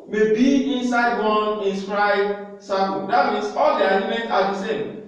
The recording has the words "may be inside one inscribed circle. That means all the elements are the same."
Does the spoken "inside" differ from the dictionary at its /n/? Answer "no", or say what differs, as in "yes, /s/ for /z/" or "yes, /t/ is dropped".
no